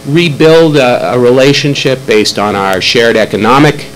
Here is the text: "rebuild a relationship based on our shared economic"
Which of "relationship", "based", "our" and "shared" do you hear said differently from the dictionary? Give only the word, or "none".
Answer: none